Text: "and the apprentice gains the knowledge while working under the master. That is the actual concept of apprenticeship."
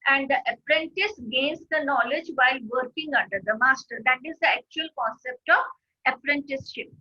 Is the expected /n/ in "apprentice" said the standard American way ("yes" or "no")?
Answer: yes